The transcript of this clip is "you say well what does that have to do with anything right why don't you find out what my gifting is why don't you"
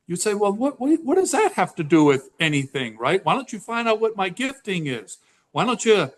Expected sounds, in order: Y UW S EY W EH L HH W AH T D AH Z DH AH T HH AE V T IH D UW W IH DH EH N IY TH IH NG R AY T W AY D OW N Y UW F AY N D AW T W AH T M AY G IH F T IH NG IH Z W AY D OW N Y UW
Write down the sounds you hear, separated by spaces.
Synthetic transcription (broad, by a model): Y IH S EY W EH L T W AH T D AH Z DH AH T HH AE F T IH D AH W IH DH EH N IY TH IH NG R AY T W AY D OW N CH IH F AY N D AW T W AH T M AY G IH F T IH NG IH Z W AY D OW N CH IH